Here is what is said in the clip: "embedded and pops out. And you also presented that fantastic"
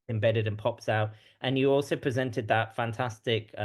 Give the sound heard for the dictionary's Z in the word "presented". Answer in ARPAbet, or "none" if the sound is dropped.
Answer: Z